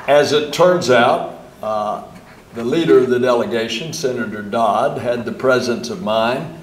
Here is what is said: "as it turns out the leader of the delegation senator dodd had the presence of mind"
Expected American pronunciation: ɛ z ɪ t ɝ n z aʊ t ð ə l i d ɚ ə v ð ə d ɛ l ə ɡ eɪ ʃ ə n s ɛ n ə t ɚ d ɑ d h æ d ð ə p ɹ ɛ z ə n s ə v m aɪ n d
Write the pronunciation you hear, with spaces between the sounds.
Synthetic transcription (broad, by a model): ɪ z ɪ t ɝ n z aʊ t ð ə l i d ɚ ə v ð ə d ɛ l ə ɡ eɪ ʃ ə n s ɛ n ə t ɚ d ɑ d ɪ d ð ə p ɹ ɛ z ə n s ə v m aɪ n